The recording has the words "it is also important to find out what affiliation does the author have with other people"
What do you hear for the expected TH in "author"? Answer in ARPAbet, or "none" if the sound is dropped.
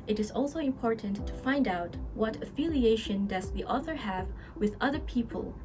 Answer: TH